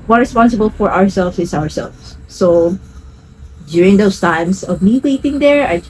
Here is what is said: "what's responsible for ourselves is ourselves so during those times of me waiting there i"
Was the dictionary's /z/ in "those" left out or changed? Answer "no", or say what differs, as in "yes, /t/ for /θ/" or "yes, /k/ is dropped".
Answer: yes, /s/ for /z/